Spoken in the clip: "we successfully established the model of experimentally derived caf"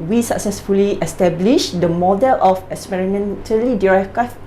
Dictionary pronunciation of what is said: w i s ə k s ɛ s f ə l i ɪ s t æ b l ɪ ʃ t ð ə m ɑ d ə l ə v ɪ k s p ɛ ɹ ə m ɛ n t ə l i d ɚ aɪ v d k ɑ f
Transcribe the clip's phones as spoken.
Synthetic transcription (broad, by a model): w i s ə k s ɛ s f ə l i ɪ s t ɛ b l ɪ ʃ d ə m ɑ d ə l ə f ɪ k s p ɛ ɹ ə m ɛ n t ə l i d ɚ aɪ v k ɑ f